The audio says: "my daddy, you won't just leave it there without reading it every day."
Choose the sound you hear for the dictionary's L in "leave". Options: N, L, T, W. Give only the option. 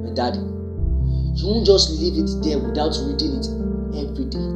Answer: L